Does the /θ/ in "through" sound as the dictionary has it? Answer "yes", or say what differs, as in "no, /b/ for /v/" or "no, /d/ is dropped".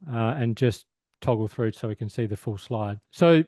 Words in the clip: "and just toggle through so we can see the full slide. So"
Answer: yes